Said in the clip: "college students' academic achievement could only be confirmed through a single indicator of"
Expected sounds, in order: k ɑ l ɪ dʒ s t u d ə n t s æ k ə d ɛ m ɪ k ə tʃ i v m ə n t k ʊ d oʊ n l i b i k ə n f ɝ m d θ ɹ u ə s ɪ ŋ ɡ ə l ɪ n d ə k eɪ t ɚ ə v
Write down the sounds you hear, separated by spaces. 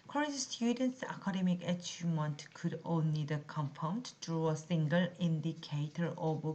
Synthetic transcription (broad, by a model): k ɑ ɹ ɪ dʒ s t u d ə n t s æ k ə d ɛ m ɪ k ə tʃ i m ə n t k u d oʊ n l i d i k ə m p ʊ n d t ɹ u ə s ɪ ŋ ɡ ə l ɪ n d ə k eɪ t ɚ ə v